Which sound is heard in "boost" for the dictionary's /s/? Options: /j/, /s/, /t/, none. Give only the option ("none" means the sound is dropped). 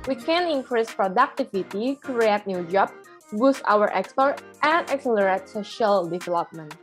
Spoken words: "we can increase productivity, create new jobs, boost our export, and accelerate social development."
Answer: /s/